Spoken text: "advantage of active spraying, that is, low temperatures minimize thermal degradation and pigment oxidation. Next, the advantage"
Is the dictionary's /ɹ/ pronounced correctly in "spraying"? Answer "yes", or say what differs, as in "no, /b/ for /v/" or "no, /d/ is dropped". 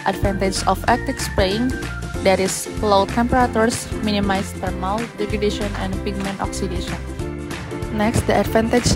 no, /ɹ/ is dropped